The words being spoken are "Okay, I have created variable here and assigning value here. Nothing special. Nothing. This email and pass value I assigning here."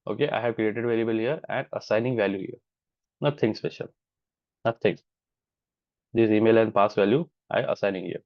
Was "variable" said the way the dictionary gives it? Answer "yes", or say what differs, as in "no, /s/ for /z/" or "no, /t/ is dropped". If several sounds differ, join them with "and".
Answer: no, /l/ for /ɹ/